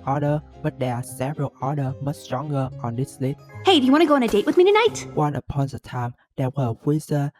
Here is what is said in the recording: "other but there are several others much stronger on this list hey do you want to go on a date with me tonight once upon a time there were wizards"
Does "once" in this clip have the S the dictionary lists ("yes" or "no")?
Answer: no